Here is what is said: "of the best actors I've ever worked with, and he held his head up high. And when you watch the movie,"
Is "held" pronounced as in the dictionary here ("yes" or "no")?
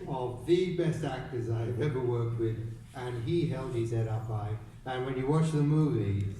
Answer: yes